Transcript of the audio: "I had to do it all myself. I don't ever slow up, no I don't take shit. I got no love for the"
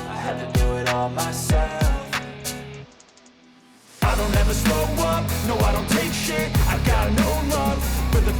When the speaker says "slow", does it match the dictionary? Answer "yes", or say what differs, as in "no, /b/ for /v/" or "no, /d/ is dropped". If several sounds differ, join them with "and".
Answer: no, /l/ is dropped